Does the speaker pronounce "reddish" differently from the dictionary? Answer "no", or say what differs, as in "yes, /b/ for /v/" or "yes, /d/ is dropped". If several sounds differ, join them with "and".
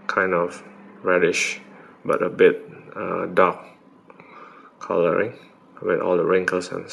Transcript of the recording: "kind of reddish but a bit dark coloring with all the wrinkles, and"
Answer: no